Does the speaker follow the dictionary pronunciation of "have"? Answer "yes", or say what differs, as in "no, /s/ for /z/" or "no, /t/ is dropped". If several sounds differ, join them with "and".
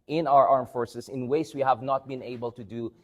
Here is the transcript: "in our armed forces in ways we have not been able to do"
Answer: yes